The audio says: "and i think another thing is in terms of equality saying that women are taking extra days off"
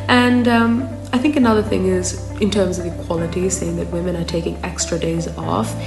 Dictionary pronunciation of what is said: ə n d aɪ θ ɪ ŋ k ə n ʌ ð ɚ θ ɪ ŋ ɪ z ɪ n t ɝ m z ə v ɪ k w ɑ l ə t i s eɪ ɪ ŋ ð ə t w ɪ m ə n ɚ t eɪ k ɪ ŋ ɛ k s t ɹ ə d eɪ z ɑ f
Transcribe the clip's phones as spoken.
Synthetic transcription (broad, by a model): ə n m aɪ θ ɪ ŋ k ə n ʌ ð ɚ θ ɪ ŋ ɪ z ɪ n t ɝ m z ə v ɪ k w ɑ l ə t i s eɪ ɪ ŋ ð ə t w ɪ m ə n ɚ t eɪ k ɪ ŋ ɛ k s t ɹ ə d eɪ z ɑ f